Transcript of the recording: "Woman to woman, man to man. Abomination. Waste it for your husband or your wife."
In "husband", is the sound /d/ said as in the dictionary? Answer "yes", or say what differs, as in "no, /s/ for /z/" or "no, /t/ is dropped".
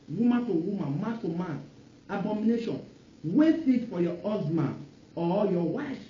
no, /d/ is dropped